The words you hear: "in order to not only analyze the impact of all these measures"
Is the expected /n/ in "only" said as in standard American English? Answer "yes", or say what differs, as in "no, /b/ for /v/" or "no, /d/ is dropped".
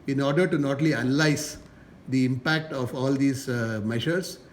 no, /n/ is dropped